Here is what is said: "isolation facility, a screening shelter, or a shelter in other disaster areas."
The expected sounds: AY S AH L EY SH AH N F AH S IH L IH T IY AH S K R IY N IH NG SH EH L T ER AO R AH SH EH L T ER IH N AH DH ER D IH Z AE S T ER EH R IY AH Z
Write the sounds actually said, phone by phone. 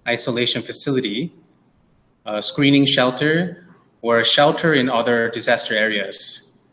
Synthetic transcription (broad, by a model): AY S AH L EY SH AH N F AH S IH L IH T IY AH S K R IY N IH NG SH EH L T ER AO R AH SH EH L T ER IH N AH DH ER D IH Z AE S T ER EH R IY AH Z